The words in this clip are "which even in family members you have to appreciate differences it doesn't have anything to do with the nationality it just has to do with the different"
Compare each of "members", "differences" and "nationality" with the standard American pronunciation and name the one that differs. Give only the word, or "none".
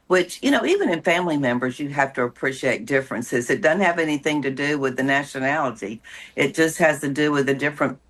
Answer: none